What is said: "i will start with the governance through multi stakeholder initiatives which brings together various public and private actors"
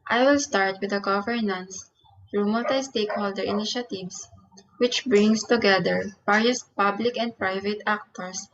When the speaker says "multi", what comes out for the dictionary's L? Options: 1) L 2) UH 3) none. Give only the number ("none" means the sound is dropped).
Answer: 3